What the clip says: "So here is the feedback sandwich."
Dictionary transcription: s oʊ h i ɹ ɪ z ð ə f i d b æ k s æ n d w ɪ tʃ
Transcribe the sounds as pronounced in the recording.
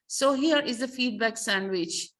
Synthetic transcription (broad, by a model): s oʊ h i ɹ ɪ z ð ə f i d b æ k s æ n d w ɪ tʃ